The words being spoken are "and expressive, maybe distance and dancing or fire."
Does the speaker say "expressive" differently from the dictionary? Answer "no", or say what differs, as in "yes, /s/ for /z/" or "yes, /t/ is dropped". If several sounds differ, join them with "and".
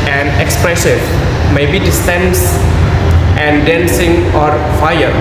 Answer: no